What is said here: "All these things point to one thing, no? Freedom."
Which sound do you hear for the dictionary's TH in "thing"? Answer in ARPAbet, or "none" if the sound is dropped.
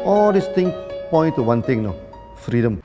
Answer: T